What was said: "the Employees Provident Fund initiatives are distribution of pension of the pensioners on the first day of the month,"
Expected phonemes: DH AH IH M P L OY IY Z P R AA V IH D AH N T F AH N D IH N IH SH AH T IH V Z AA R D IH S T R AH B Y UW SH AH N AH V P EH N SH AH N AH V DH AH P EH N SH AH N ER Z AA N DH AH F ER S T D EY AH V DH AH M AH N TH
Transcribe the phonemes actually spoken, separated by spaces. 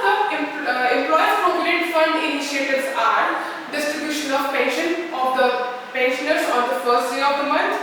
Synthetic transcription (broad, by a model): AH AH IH M P L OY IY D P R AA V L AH T F AH N D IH N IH SH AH T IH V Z AA R D IH S T R AH B Y UW SH AH N AH V P EH N SH AH N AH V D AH P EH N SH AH N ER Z AA N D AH F ER S T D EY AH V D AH M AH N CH